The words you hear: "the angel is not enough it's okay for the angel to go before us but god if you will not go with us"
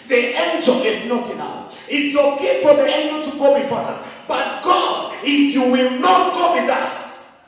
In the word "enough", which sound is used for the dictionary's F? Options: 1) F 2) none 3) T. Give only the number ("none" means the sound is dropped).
2